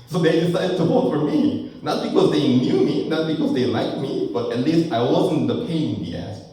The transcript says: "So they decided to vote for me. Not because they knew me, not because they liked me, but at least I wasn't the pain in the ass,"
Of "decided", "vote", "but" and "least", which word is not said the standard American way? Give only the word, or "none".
vote